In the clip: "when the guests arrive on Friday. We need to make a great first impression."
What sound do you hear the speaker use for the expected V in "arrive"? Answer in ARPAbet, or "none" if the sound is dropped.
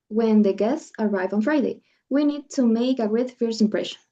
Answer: V